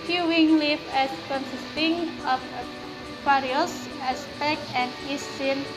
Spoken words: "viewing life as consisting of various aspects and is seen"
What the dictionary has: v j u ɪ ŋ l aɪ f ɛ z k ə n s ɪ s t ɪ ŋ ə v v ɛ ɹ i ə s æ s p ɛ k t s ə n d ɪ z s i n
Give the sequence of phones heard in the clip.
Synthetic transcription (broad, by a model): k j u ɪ ŋ l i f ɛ s k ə n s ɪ s t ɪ ŋ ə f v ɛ ɹ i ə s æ s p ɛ k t ə n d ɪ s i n